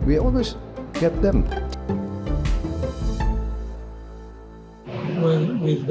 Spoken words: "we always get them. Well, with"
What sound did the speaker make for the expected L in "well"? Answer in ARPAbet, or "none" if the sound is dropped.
N